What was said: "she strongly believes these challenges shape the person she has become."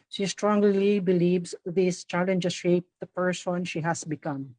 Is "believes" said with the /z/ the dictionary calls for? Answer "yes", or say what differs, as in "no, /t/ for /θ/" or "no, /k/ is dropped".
no, /s/ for /z/